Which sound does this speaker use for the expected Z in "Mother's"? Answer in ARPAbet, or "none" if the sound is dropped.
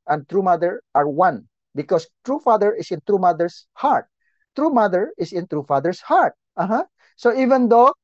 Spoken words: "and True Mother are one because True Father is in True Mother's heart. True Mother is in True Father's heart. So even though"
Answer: S